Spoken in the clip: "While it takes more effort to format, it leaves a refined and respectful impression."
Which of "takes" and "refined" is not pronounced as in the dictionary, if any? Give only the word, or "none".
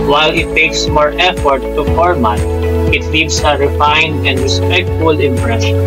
none